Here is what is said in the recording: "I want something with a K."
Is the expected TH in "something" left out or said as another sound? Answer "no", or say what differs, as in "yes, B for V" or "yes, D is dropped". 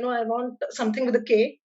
yes, T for TH